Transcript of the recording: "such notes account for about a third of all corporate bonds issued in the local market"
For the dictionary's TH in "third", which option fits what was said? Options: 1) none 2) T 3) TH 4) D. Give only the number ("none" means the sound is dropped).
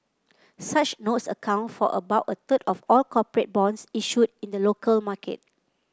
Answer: 2